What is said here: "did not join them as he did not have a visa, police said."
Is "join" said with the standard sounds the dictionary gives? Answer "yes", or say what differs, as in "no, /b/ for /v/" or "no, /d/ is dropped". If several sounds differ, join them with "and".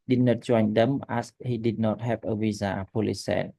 no, /tʃ/ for /dʒ/